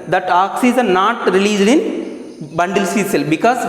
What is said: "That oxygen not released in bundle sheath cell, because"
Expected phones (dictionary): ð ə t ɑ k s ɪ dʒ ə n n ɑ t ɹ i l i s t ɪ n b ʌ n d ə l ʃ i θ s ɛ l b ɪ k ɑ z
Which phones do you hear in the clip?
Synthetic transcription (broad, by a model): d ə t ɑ k s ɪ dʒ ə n n ɑ t ɹ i l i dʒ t ɪ n b ʌ n d ə l s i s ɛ l b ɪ k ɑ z